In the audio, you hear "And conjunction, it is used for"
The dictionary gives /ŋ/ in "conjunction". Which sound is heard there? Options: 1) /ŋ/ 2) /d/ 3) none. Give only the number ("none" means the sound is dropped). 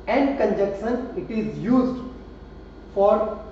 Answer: 3